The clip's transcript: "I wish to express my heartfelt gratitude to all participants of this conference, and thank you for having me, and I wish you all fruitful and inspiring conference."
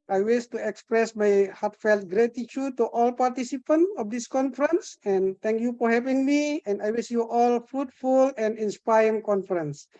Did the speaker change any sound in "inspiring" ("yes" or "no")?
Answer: yes